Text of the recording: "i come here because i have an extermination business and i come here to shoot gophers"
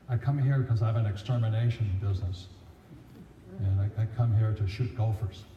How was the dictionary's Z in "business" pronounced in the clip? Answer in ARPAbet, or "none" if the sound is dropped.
Z